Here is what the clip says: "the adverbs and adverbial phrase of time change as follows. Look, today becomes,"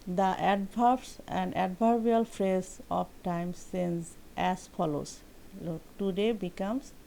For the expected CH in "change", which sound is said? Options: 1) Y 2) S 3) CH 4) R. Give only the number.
2